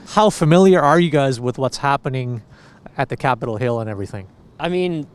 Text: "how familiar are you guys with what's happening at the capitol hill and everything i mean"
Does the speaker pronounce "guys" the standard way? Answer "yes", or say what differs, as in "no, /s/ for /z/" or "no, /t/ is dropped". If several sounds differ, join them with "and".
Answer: yes